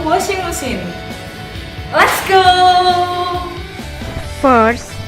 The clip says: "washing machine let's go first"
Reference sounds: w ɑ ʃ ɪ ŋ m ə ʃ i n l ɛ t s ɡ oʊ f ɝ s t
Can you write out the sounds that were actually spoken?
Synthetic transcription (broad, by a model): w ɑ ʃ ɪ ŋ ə s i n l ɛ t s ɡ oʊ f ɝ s